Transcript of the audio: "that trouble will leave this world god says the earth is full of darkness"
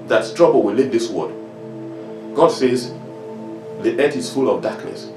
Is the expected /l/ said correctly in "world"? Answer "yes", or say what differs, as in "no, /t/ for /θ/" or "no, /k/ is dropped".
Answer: no, /l/ is dropped